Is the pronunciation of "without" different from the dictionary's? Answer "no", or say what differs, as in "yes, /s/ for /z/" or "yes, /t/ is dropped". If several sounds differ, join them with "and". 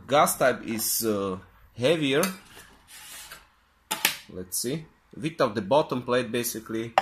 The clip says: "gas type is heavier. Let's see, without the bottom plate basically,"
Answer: yes, /t/ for /θ/